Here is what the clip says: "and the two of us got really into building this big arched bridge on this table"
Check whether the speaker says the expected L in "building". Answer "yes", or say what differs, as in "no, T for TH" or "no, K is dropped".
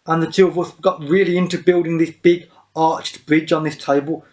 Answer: yes